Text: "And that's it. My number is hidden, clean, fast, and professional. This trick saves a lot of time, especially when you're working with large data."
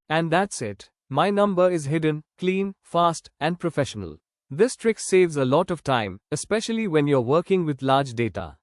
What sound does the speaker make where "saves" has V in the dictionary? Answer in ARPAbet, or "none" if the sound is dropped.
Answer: V